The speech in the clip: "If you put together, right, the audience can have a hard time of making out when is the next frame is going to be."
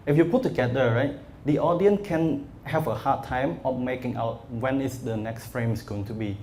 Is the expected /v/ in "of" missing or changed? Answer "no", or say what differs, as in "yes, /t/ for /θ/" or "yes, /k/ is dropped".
yes, /f/ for /v/